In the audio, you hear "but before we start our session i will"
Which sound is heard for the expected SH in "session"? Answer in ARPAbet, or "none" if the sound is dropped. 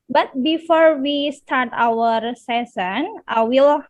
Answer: S